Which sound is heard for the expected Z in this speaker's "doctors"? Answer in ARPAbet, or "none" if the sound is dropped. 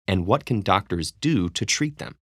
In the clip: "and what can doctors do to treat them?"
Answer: Z